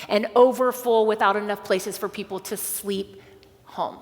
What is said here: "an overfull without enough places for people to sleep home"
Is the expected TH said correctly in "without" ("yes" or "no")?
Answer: yes